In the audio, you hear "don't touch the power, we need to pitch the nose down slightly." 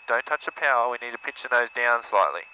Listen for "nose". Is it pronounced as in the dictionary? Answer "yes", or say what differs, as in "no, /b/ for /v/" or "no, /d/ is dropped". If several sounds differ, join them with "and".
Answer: yes